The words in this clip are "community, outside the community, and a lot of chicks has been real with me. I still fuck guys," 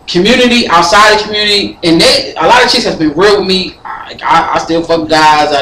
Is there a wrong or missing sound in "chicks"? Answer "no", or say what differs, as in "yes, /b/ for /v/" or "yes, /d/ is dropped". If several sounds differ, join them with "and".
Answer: yes, /k/ is dropped